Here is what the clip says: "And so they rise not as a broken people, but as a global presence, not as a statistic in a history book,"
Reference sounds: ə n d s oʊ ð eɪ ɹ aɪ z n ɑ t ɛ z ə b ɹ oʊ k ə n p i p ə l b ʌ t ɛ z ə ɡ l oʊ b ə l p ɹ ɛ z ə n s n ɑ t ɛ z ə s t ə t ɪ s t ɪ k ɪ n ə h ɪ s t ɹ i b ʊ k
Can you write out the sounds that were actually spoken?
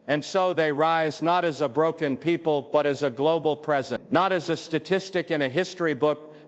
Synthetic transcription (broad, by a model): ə n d s oʊ ð eɪ ɹ aɪ z n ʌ t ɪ z ə b ɹ oʊ k ə n p i p ə l b ʌ t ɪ z ə ɡ l oʊ b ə l p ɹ ɛ z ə n n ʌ t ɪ z ə s t ə t ɪ s t ɪ k ɪ n ə h ɪ s t ɹ i b ʊ k